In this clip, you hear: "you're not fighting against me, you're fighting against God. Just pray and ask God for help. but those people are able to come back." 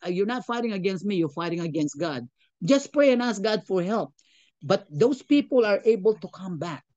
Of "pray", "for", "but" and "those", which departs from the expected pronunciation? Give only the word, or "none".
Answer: those